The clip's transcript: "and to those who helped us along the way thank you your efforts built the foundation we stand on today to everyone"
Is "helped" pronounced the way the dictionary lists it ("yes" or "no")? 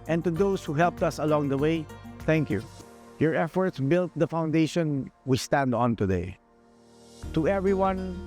yes